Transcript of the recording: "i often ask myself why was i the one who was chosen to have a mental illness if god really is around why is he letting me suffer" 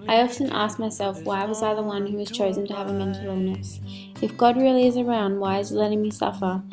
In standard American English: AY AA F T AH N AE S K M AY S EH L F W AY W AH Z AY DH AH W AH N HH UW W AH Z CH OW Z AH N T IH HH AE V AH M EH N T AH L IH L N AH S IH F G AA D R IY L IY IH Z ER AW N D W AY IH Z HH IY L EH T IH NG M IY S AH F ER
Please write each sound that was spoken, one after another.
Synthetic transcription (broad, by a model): AY AA F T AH N AE S K M AY S EH L F W AY W AH Z AY DH AH W AH N HH UW W AH Z CH OW Z AH N T IH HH V AH M EH N T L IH N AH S IH F G AA D R IY L IY IH Z ER AW N D W AY IH Z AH L EH T IH NG M IY S AH F ER